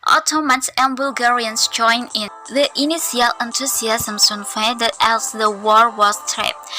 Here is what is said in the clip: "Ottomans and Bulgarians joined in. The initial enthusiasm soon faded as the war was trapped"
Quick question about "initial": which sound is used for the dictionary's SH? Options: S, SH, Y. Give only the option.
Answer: S